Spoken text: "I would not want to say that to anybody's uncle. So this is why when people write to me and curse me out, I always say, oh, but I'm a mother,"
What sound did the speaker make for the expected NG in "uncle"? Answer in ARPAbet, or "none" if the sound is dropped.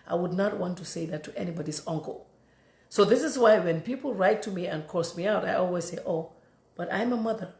NG